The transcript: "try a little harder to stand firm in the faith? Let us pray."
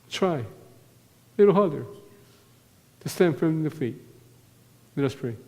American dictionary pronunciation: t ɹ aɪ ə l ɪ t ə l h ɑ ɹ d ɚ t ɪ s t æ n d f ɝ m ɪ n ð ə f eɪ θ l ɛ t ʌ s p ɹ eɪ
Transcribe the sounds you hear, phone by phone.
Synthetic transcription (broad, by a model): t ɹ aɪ ə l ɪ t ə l h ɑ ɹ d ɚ t ɪ s t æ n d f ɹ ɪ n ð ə f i t l ɛ t ʌ s p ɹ eɪ